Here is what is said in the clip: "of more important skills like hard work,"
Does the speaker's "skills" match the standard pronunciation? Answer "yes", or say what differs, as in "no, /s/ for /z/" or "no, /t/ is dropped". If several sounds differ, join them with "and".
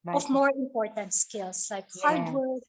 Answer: no, /s/ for /z/